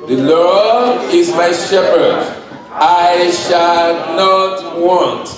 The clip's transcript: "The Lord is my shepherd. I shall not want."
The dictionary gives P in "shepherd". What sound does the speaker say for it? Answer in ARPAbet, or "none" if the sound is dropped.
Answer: P